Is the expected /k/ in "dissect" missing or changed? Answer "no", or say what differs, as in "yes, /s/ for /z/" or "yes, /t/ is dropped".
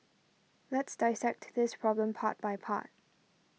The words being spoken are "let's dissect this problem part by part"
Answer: no